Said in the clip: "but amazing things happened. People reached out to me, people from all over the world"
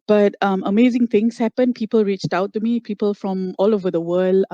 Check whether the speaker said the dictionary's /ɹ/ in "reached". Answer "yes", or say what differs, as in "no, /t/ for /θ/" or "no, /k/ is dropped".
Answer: yes